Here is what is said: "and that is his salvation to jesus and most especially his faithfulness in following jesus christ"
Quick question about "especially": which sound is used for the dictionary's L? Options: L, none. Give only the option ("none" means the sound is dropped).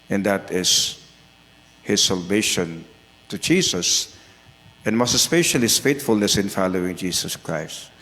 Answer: none